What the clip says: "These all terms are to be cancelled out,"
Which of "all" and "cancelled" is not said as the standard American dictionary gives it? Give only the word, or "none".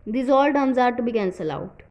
cancelled